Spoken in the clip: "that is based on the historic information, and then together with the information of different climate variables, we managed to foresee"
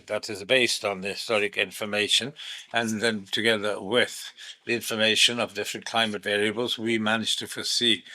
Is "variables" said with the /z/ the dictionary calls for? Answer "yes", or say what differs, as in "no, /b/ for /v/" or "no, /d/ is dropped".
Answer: yes